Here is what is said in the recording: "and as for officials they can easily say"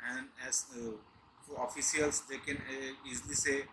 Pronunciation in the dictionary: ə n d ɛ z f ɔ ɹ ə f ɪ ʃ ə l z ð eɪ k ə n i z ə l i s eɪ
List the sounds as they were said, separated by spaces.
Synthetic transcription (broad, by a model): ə n d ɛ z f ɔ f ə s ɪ ə l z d eɪ k ə n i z l i s eɪ